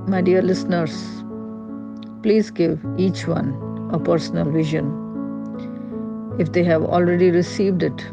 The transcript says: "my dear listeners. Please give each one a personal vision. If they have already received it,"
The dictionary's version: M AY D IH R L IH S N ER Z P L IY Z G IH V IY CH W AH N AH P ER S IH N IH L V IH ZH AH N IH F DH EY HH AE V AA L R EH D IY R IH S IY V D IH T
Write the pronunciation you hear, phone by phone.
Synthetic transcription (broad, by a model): M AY D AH R L IH S N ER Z P L IY Z G IH V IY CH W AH N AH P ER S N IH L V IH ZH AH N IH F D EY HH AE V AA L R EH D IY R IH S IY V D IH T